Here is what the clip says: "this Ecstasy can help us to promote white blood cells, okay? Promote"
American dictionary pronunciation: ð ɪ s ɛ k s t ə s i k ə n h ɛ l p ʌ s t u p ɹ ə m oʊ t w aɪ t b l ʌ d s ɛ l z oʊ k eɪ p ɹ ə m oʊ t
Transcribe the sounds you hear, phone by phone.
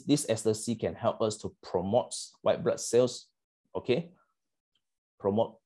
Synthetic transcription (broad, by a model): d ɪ s ɛ s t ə s i k ə n h ɛ l p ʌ s t u p ɹ ə m oʊ t w aɪ t b l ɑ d s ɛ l s oʊ k eɪ p ɹ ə m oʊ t